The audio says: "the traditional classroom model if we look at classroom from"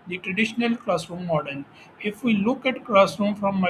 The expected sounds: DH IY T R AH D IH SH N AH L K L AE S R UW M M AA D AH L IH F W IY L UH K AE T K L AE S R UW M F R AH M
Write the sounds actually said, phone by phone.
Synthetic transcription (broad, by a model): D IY T R AH D IH SH N AH L K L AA S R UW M M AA D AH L IH F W IY L UH K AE T K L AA S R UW M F R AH M